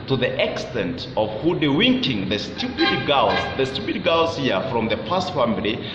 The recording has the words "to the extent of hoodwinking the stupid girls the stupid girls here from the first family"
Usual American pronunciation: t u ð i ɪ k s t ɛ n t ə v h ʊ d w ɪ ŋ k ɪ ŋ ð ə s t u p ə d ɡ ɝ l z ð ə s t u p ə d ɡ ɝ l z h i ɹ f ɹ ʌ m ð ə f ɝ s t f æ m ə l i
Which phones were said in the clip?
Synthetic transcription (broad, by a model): t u ð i ɪ k s t ɛ n t ə v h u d w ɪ ŋ k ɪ ŋ ð ə s t u p ə d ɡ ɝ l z ð ə s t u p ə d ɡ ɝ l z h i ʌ f ɹ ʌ m ð ə p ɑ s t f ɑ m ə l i